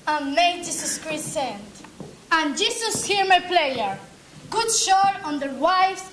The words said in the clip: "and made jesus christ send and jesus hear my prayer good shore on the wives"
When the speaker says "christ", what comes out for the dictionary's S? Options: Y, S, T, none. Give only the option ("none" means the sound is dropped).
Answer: none